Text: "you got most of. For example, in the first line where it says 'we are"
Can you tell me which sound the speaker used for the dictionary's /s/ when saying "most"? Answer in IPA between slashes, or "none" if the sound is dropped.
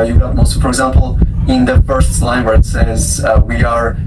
none